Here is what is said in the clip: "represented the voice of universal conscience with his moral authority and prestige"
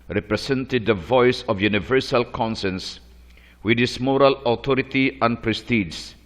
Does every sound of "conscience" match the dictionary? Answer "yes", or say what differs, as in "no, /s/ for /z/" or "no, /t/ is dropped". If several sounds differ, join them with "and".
no, /s/ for /ʃ/